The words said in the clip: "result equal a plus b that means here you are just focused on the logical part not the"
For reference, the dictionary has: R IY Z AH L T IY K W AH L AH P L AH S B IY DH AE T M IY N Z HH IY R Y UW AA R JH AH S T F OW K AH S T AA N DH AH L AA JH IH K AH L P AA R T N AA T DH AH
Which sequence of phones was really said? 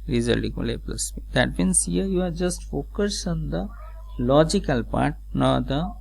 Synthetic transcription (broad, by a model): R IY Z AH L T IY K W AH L AH P L AH S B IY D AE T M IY N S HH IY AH Y UW AA R JH AH S T F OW K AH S AA N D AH L AA JH IH K AH L P AA R T N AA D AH